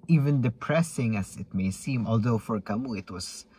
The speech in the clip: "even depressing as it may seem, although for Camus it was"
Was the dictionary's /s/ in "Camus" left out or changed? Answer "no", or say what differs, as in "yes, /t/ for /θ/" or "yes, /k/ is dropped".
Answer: yes, /s/ is dropped